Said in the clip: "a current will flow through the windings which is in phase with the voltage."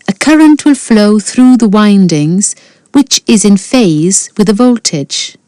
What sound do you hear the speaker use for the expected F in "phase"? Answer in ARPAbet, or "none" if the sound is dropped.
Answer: F